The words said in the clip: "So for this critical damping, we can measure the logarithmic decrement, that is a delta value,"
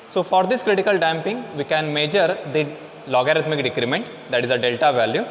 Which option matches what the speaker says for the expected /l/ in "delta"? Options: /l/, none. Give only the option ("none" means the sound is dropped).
/l/